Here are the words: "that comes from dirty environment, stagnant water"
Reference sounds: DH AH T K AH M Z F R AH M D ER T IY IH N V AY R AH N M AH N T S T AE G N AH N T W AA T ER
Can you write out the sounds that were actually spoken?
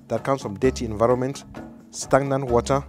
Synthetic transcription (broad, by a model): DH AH T K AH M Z F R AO M D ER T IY IH N V AY R AH N M AH N T S T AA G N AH N W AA T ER